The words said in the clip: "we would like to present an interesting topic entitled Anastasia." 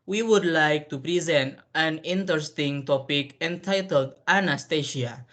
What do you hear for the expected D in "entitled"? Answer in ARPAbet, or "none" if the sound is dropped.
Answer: D